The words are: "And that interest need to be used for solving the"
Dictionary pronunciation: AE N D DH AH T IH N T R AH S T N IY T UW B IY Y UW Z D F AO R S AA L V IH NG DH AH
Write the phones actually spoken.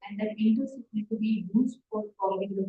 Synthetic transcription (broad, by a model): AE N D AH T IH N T AH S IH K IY T UW B IY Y UW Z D F AO R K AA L IH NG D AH